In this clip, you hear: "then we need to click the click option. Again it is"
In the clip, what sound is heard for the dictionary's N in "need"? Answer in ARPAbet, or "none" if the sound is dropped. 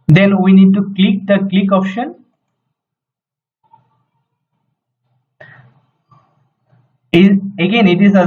N